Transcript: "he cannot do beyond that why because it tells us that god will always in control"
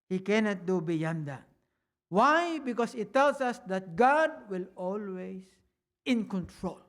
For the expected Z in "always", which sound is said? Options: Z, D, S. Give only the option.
S